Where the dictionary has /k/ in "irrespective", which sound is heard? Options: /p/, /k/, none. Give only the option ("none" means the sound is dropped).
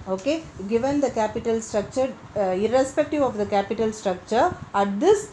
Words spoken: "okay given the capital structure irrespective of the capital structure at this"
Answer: /k/